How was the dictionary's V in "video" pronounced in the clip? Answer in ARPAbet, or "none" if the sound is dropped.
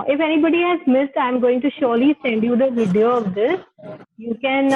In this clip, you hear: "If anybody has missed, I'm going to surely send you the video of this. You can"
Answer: V